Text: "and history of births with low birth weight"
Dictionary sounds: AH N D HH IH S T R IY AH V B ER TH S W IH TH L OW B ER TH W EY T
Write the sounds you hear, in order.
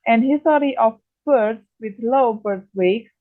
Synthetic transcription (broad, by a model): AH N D HH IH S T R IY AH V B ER T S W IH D L OW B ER T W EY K